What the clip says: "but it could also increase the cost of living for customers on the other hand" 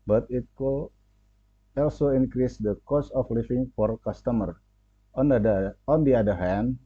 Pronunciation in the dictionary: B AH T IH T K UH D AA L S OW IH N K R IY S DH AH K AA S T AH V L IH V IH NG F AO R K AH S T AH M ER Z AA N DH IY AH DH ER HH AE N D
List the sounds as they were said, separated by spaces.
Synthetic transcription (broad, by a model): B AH T IH T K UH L AA L S OW IH N K R IY S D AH K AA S AH F L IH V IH NG F AO R K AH S T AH M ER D AA N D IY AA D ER HH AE N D